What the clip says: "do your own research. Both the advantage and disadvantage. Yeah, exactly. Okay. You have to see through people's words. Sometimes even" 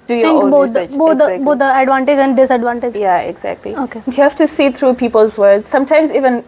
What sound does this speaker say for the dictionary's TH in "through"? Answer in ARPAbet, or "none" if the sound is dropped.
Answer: T